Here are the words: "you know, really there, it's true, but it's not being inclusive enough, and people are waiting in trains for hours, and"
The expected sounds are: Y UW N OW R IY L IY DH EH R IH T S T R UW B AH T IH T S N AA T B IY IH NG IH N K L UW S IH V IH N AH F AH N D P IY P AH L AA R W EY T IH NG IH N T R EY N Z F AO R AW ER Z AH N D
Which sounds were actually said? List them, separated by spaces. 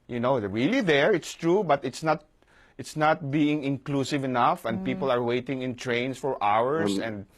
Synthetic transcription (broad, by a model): Y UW N OW R IY L IY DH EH R IH T S T R UW B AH T IH T S N AA T B IY IH NG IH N K L UW S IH V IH N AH F AH N D P IY P AH L AA R W EY T IH NG IH N T R EY N S F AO R AW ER S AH N D